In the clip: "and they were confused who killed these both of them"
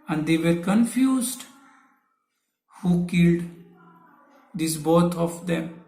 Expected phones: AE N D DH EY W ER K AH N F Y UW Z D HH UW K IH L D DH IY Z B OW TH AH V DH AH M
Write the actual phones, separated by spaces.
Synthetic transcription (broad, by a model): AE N D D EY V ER K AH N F Y UW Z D HH UW K IH L D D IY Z B OW T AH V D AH M